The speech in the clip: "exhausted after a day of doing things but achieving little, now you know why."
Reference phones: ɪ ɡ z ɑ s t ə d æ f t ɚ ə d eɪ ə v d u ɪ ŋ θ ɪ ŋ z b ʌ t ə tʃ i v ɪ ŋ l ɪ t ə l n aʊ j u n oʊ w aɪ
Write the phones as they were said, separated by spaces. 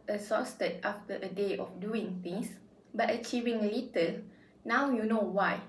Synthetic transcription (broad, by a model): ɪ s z ɑ s t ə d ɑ f t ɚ ə d eɪ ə f d u ɪ ŋ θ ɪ ŋ s b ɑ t ə tʃ i v ɪ ŋ l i t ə l n aʊ j u n oʊ w aɪ